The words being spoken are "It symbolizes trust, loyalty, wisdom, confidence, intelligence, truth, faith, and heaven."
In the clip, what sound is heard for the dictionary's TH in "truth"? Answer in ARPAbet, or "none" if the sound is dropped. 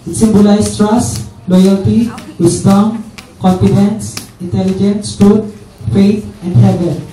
T